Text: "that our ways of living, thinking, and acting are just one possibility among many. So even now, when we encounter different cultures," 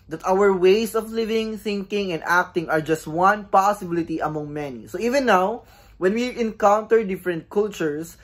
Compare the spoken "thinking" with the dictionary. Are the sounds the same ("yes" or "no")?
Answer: yes